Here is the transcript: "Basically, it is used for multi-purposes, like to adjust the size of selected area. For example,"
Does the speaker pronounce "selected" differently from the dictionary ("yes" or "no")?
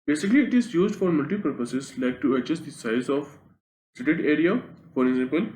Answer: yes